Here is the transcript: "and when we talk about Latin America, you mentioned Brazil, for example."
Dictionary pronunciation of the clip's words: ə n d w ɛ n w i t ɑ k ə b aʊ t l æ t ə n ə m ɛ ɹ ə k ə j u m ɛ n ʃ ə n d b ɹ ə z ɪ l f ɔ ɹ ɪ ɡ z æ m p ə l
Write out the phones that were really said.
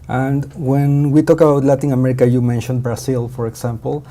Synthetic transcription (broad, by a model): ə n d w ɛ n w i t ɑ k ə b aʊ t l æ t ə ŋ ə m ɛ ɹ ə k ə j u m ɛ n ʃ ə n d b ɹ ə s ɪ l f ɔ ɹ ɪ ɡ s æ m p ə l